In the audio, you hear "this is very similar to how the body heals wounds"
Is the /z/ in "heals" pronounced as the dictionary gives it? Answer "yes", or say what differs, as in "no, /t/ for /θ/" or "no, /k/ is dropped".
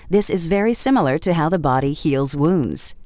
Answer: yes